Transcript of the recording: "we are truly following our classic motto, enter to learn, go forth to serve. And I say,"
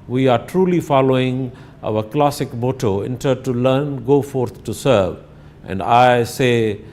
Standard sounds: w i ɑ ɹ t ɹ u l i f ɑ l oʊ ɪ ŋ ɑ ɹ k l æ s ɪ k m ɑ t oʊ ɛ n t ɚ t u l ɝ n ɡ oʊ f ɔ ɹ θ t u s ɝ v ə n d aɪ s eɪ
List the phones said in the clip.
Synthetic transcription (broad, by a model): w i ɑ ɹ t ɹ u l i f ɑ l oʊ ɪ ŋ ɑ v k l æ s ɪ k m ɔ t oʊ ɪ n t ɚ t u l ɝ n ɡ oʊ f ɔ ɹ t t u s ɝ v ə n d aɪ s eɪ